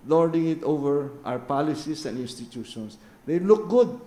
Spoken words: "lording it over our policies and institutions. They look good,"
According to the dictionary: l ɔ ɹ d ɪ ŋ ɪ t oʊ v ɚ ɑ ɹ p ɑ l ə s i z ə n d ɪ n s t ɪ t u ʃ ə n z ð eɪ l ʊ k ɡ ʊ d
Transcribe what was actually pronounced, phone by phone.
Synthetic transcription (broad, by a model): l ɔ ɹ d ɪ ŋ ɪ t oʊ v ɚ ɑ w p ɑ l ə s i s ə n d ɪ n s t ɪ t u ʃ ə n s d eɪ l ʊ k ɡ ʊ d